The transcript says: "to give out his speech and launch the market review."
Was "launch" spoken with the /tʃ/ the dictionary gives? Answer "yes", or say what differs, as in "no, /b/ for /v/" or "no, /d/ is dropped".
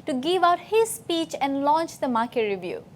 yes